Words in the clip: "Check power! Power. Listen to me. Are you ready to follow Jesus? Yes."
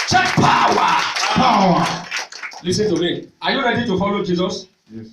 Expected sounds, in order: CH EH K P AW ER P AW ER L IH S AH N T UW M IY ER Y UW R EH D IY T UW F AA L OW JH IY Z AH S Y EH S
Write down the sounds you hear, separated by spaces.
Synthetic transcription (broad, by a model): CH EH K P AW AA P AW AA L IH S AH N T UW M IY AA Y UW L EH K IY T UW F AA L OW JH IY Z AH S S